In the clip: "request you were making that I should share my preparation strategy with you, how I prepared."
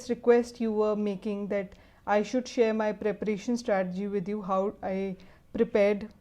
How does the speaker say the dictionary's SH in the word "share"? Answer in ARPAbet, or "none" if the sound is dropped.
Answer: SH